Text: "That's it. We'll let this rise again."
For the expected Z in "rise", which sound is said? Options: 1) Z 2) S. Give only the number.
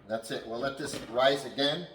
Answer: 1